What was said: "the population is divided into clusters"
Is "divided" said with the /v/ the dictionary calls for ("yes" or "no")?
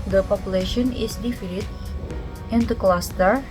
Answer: no